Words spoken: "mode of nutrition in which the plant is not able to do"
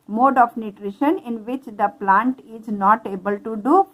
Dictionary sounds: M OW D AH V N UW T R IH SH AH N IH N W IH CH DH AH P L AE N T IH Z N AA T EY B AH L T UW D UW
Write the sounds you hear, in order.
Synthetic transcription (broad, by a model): M OW D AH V N UW T R IH SH AH N IH N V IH CH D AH P L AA N T IH Z N AA T EY B AH L T UW D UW